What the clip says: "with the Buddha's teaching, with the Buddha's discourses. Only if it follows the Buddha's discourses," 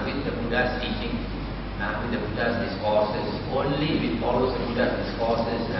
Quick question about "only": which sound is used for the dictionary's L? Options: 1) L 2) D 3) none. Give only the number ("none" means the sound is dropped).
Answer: 1